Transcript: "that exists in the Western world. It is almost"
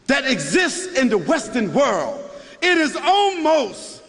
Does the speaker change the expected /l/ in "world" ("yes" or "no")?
no